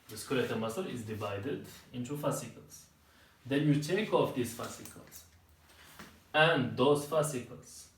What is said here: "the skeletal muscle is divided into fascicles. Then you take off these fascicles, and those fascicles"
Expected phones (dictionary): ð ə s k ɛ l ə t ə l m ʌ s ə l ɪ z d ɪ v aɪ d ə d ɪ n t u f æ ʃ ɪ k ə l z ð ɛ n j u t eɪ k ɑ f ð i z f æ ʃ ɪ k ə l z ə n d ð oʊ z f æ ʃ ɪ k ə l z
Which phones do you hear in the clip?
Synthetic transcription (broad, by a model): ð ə s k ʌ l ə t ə m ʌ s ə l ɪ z d ɪ v aɪ d ə d ɪ n t u f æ s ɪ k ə l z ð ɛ n j u t eɪ k ɑ f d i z f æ s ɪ k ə l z ə n d oʊ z f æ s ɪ k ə l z